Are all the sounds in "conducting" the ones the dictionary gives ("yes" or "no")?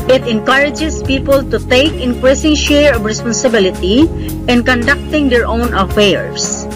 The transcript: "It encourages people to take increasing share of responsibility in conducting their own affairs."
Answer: yes